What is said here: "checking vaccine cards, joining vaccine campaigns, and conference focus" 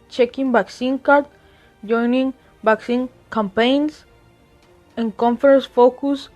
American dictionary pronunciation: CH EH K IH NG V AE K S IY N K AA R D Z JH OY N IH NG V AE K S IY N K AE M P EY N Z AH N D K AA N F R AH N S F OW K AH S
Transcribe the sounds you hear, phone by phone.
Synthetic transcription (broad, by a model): CH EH K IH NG B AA K S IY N K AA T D JH OY N IH NG B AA K S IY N K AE M P EY N S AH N K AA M F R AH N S F OW K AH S